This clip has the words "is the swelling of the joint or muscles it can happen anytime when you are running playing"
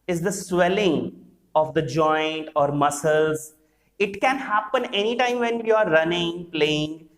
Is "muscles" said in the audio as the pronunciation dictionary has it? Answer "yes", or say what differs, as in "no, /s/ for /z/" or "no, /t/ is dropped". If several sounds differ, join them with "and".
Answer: yes